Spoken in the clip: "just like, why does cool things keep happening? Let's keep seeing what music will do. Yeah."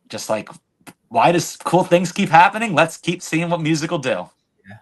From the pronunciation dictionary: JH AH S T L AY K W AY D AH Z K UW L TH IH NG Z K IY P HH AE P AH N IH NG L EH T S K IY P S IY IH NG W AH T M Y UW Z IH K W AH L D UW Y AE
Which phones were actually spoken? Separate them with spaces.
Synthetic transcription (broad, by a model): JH AH S T L AY K W AY D AH Z K UW L TH IH NG Z K IY P HH AE P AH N IH NG L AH T S K IY P S IY IH NG W AH T M Y UW Z IH K L D UW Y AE